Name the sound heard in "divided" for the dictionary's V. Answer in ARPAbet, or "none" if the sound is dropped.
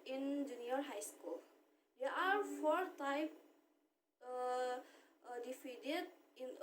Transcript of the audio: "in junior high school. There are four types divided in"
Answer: F